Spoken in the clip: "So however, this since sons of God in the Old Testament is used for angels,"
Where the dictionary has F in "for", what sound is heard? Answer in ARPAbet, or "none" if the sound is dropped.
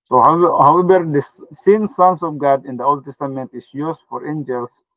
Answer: F